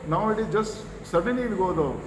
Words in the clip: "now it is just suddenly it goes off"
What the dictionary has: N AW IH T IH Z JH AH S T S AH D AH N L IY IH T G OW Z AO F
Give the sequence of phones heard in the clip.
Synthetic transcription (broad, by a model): N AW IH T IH JH AH S T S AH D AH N IY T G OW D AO